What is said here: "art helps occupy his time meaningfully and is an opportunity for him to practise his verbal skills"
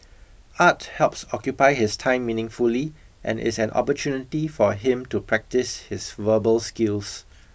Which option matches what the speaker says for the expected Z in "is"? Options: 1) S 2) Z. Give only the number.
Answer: 1